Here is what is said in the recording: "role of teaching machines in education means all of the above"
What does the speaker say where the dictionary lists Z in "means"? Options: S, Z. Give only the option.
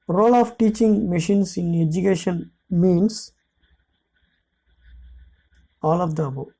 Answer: S